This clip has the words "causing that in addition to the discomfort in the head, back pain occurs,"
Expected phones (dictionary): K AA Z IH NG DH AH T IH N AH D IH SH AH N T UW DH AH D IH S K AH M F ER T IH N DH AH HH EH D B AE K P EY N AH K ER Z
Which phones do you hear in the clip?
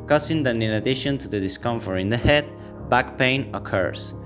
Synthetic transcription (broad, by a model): K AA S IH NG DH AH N IH N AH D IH SH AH N T UW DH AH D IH S K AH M F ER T IH N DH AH HH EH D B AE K P EY N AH K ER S